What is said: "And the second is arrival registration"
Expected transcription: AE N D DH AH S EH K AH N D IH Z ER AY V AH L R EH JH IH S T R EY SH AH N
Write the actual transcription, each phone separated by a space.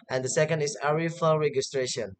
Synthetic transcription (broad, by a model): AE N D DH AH S EH K AH N D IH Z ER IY F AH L R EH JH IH S T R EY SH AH N